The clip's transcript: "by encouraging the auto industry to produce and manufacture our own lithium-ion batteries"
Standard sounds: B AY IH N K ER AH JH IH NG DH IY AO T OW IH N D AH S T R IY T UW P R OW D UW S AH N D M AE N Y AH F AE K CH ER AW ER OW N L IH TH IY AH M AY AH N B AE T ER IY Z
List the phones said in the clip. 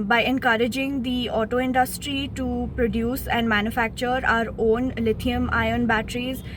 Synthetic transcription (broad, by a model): B AY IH N K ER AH JH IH NG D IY AO T OW IH N D AH S T R IY T UW P R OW D UW S AH N D M AE N Y AH F AE K CH ER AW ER OW N L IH T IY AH M AY AH N B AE T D IY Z